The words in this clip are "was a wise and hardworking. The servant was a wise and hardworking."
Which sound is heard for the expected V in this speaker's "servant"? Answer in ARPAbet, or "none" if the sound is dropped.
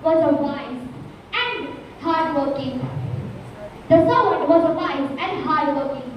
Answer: none